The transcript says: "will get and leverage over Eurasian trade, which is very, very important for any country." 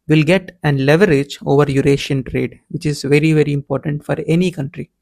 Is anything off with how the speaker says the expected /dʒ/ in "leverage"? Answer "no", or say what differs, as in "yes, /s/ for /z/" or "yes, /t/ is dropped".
no